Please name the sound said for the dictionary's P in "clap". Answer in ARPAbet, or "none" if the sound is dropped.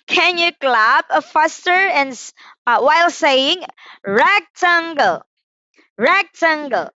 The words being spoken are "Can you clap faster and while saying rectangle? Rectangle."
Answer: B